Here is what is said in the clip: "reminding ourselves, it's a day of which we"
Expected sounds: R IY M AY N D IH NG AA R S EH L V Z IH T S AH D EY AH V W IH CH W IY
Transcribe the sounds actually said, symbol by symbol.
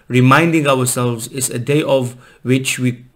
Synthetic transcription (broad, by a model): R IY M AY N D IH NG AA W S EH L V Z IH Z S AH D EY AH V W IH CH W IY